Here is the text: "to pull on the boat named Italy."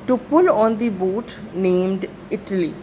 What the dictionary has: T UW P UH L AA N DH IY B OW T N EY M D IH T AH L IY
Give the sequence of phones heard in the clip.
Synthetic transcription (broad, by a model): T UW P UH L AA N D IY B OW T N EY M D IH T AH L IY